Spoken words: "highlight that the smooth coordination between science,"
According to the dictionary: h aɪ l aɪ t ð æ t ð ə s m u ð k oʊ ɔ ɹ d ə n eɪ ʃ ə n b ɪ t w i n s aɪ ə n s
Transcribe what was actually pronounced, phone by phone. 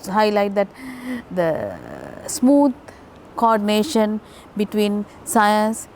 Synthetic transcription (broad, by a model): h aɪ l aɪ t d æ t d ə s m u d k oʊ ɔ ɹ d ə n eɪ ʃ ə n b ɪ t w i n s aɪ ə n s